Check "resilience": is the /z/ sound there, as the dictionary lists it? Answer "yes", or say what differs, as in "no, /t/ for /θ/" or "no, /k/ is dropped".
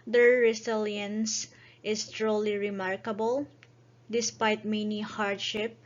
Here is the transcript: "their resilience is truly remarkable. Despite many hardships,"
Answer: no, /s/ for /z/